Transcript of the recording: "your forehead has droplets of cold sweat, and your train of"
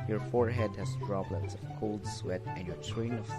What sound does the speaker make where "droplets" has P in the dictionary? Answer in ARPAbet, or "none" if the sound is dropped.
B